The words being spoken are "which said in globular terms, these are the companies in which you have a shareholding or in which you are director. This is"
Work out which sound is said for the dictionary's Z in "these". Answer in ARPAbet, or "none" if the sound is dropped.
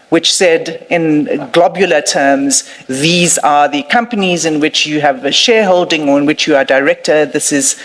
Z